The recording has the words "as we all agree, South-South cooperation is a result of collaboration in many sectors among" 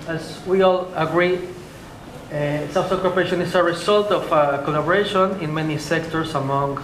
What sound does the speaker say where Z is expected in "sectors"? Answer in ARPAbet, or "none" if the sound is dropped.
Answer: S